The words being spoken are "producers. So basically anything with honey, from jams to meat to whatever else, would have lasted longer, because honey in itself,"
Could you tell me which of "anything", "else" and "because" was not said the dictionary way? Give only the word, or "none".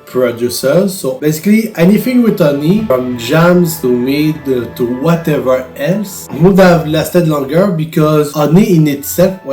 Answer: none